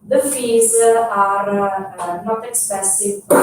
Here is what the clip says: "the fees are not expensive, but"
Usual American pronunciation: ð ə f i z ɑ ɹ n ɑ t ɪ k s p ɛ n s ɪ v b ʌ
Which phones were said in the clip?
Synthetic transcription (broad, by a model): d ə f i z ɑ ɹ n ɑ t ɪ k s p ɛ s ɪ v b